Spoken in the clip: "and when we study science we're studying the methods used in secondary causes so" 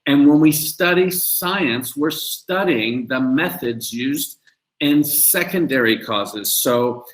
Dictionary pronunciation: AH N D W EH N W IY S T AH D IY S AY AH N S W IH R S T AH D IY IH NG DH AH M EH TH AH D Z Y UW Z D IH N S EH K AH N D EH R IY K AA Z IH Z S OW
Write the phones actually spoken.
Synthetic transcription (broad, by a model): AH N W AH N W IY S T AH D IY S AY AH N S W IH R S T AH D IY IH NG DH AH M EH TH AH D Z Y UW Z D IH N S EH K AH N D EH R IY K AA Z IH Z S OW